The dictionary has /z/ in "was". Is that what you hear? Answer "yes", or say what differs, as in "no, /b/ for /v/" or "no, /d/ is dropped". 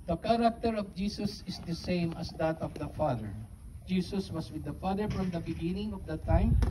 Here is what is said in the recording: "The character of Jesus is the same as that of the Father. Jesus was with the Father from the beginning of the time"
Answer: no, /s/ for /z/